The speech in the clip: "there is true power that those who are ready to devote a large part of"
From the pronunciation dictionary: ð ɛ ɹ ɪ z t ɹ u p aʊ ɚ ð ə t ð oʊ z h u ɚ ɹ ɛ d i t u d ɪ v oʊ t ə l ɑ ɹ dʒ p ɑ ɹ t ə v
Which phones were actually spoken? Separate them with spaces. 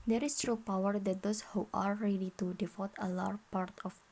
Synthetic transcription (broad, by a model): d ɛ ɹ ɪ s t ɹ u p aʊ ɚ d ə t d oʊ s h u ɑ ɹ ɛ d i t u d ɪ f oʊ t ə l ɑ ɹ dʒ p ɑ ɹ t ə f